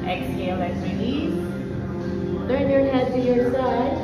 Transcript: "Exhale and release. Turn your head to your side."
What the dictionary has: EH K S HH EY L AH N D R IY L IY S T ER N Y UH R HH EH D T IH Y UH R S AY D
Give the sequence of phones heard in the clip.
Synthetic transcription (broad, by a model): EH K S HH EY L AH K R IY N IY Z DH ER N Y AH R HH EH D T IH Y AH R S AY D